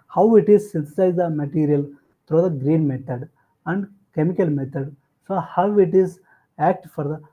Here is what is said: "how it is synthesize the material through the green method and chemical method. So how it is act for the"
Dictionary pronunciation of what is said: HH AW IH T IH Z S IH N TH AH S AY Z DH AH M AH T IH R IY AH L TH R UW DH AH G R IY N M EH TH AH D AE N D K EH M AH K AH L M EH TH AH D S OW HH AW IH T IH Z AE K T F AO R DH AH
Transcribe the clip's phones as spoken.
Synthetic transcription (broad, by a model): HH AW IH T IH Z S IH N T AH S AY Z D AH M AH T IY R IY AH L T R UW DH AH G R IY N M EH T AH D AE N D K EH M AH K AH L M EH T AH D S OW HH AW IH T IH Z AE K T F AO R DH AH